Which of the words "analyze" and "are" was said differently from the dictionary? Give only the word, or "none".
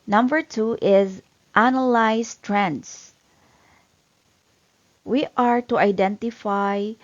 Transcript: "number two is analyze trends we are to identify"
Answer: analyze